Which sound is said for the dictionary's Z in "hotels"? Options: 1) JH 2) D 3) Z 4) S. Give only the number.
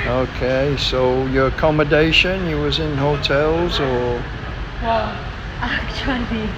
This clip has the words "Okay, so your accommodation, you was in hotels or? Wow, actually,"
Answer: 3